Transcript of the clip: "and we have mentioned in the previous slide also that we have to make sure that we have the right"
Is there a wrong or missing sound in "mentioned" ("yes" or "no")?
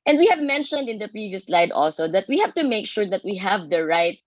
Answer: no